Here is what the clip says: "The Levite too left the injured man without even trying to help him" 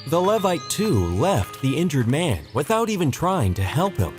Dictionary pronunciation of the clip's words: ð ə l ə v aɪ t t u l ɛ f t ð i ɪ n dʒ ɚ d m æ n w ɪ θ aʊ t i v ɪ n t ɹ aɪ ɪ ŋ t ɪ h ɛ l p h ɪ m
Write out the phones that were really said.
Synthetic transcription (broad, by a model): ð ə l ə v aɪ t t u l ɛ f t ð i ɪ n dʒ ɚ d m æ n w ɪ θ aʊ t i v ɪ n t ɹ aɪ ɪ ŋ t ɪ h ɛ l p h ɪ m